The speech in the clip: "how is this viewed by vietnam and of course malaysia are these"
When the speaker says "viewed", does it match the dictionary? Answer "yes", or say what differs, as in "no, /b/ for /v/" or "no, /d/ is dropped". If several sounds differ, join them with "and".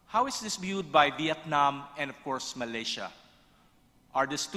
no, /b/ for /v/